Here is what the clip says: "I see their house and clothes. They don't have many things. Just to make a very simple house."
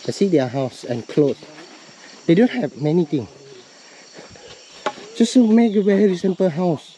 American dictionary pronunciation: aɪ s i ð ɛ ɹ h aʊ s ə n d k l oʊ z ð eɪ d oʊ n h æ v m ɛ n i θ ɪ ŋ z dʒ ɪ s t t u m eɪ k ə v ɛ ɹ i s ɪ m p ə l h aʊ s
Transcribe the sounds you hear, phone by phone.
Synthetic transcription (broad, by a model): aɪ s i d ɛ h aʊ s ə n k l oʊ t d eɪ d oʊ n h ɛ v m ɛ n i t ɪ ŋ dʒ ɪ s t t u m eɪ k ə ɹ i ɹ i s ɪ m p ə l h aʊ s